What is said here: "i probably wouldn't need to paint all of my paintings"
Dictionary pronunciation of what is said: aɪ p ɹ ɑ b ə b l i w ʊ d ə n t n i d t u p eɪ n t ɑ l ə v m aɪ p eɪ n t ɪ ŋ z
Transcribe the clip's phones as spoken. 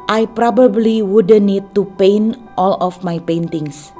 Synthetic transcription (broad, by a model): aɪ p ɹ ɑ b ə b l i w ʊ d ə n n i d t u p eɪ n t ɑ l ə f m aɪ p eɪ n t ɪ ŋ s